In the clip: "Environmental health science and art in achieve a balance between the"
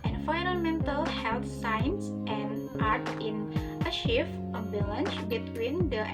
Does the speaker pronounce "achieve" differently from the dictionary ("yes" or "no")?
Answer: yes